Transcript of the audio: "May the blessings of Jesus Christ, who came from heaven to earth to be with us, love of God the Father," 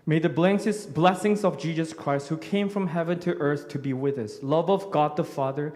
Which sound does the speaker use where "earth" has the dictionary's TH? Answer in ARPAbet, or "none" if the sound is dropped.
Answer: TH